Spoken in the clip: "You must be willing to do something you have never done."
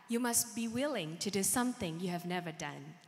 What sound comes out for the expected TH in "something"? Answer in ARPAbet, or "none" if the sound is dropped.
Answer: TH